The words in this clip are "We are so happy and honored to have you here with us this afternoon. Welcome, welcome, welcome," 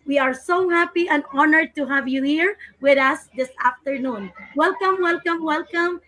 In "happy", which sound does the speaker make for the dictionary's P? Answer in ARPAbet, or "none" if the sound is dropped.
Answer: P